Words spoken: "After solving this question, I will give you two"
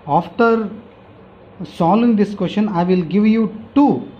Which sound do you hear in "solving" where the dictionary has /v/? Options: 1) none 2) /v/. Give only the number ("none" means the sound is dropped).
1